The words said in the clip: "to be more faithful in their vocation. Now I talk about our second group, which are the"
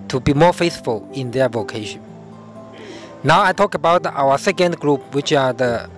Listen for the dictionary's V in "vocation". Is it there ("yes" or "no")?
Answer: yes